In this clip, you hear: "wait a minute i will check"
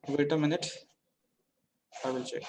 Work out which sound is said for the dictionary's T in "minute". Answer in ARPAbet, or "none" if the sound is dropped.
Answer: T